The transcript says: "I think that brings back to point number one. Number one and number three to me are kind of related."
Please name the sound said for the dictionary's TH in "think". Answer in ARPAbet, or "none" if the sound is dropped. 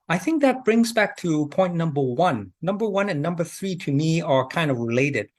TH